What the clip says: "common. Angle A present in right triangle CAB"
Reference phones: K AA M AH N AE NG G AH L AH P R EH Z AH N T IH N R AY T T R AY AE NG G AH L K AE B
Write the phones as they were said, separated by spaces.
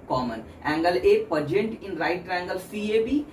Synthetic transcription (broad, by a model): K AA M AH N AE NG G AH L AH P AH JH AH N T IH N R AY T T R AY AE NG G AH L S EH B